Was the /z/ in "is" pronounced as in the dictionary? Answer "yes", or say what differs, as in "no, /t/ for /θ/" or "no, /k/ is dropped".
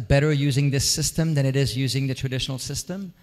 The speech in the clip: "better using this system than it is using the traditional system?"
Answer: yes